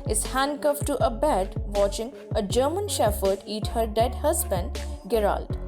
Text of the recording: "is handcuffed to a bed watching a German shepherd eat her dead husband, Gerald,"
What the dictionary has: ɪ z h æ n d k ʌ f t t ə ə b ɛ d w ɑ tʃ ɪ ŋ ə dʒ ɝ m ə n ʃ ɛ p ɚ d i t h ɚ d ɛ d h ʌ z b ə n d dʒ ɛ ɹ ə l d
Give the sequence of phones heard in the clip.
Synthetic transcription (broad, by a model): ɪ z h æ n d k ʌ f t t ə ə b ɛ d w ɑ tʃ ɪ ŋ ə dʒ ɝ m ə n ʃ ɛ f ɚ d i t h ɚ d ɛ d h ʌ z b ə n d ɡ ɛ ɹ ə l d